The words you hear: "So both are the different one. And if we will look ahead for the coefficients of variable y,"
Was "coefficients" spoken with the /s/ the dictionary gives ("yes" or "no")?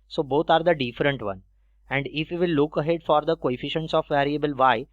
yes